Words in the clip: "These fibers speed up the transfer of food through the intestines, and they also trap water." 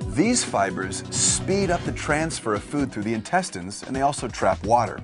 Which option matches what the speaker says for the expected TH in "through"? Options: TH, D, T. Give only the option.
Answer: TH